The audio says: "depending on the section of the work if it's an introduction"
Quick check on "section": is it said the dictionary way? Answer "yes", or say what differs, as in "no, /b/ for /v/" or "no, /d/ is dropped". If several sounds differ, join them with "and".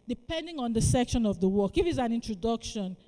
yes